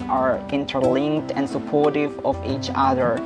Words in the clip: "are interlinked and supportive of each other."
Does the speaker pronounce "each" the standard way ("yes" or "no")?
yes